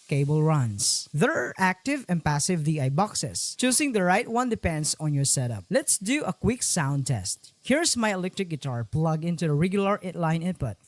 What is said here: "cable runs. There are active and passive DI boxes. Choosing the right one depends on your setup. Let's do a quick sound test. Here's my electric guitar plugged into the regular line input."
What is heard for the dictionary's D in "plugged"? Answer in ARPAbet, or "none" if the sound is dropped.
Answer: none